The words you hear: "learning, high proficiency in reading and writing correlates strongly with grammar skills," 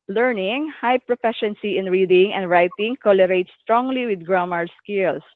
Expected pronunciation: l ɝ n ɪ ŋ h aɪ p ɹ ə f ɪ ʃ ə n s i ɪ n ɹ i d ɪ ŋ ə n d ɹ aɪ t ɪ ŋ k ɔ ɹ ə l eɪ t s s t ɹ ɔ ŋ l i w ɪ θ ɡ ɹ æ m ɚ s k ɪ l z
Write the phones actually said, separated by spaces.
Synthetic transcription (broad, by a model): l ɝ n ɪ ŋ h aɪ p ɹ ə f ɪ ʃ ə n s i ɪ n ɹ i d ɪ ŋ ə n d ɹ aɪ t ɪ ŋ k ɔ l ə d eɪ t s s t ɹ ɔ ŋ l i w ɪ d ɡ ɹ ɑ m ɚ s k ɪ l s